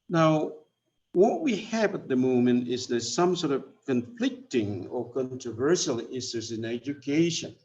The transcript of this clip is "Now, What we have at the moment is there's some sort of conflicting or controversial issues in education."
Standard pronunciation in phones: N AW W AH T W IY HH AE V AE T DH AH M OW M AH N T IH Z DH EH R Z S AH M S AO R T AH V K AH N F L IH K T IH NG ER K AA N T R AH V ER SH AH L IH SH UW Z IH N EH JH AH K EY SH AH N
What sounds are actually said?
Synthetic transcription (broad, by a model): N AW W AH T W IY HH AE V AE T DH AH M OW M AH N T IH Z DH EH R S AH M S AO R T AH V K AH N F L IH K T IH NG ER K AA N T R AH V ER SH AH L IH S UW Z IH N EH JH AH K EY SH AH N